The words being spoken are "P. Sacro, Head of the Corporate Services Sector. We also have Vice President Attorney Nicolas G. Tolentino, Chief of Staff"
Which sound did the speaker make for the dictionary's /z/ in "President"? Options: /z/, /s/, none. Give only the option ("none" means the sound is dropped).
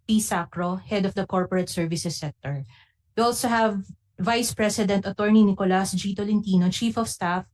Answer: /s/